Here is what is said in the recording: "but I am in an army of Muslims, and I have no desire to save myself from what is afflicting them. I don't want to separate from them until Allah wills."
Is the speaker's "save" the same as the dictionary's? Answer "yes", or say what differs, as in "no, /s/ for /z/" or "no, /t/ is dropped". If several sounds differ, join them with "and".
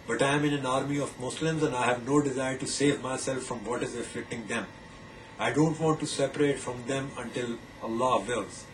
yes